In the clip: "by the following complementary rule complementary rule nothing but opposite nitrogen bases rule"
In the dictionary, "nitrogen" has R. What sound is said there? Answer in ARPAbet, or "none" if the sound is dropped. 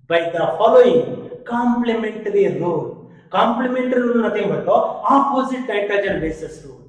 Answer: none